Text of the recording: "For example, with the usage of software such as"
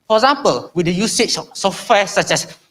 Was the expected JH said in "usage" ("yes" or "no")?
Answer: no